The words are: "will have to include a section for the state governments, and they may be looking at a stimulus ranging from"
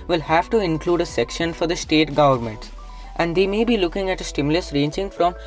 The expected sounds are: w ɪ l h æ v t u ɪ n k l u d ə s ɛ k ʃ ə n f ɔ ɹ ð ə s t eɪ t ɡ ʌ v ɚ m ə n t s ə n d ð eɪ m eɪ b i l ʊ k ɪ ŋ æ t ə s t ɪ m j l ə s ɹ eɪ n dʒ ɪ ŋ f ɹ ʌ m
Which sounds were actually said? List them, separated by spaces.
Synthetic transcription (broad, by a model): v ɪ l h æ v t u ɪ n k l u d ə s ɛ k ʃ ə n f ɔ ɹ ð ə s t eɪ t ɡ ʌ v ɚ m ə n t s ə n d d eɪ m eɪ b i l ʊ k ɪ ŋ æ t ə s t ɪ m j l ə s ɹ eɪ n dʒ ɪ ŋ f ɹ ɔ m